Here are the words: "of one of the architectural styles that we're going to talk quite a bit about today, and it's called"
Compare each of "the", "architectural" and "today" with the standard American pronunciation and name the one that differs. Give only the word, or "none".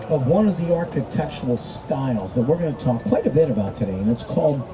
architectural